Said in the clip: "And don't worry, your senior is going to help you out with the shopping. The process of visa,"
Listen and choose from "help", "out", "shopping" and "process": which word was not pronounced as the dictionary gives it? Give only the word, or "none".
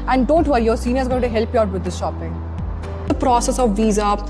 none